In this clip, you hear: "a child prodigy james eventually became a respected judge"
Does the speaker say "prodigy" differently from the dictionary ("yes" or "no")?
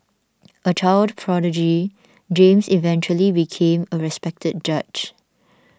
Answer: no